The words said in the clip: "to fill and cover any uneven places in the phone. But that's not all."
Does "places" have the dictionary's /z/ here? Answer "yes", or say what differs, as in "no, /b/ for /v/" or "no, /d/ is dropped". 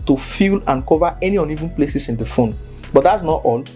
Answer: no, /s/ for /z/